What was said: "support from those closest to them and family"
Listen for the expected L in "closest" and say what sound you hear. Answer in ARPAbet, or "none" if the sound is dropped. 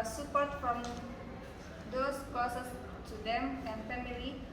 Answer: none